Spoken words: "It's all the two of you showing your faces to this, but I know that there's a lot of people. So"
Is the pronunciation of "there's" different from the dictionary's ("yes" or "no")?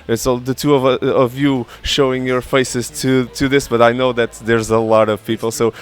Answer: no